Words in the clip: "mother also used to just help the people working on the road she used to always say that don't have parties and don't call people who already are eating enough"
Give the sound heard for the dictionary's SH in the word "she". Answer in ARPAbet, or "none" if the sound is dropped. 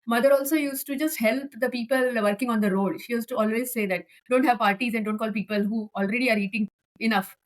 SH